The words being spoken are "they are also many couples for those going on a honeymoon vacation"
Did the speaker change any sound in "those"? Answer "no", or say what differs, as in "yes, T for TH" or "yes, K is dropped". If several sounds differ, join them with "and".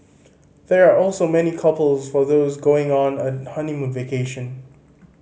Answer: no